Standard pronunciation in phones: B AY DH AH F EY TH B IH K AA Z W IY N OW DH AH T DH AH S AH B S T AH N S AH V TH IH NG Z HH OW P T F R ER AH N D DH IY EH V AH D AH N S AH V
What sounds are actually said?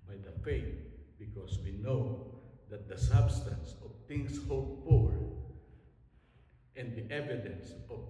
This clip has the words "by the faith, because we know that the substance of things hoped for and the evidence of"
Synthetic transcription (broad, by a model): B AY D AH F EY T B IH K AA S W IY N OW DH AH T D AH S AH B S T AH N S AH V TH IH NG S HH OW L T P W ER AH N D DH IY EH V AH D AH N S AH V